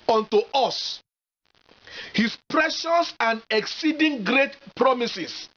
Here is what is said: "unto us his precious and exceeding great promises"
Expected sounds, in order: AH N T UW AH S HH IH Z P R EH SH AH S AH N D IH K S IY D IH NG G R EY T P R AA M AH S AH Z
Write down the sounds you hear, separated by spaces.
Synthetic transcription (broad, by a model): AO N T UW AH S HH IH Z P R EH SH AH S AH N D IH K S IY D IH NG G R EY T P R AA M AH S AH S